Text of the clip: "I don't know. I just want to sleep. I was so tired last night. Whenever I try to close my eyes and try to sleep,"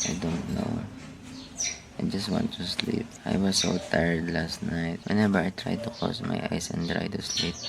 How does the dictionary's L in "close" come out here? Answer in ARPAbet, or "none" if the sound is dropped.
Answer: none